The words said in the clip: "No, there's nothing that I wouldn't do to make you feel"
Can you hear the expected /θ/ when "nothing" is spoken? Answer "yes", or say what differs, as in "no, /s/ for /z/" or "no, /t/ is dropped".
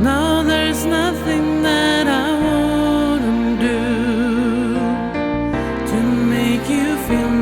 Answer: yes